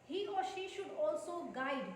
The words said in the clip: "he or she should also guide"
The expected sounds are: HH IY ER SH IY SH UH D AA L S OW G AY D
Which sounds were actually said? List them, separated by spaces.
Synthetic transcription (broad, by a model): HH IY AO SH IY SH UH D AA L S OW G AY D